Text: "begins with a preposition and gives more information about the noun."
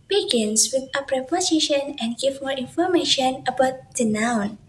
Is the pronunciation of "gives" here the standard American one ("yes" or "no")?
no